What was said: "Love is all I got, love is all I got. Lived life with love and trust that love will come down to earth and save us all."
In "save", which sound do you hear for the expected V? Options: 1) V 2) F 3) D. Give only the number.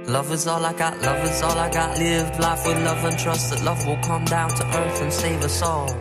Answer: 1